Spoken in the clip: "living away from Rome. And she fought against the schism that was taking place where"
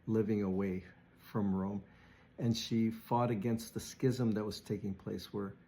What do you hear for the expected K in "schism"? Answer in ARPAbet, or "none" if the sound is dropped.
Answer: K